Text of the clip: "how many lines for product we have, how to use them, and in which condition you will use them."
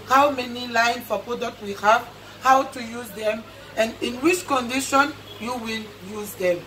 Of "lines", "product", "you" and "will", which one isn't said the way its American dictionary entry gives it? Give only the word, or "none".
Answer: lines